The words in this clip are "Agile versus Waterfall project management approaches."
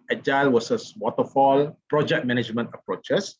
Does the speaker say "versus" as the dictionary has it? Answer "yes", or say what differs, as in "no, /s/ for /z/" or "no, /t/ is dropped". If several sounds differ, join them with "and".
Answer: no, /w/ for /v/